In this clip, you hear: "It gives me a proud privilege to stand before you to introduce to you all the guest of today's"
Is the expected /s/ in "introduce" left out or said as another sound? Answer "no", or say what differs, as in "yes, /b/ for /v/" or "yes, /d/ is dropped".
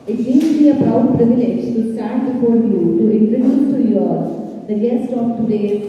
yes, /s/ is dropped